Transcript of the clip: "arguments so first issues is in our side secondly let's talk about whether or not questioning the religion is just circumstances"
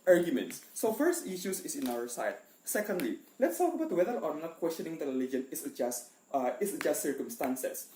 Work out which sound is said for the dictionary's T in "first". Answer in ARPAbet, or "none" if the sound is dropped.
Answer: T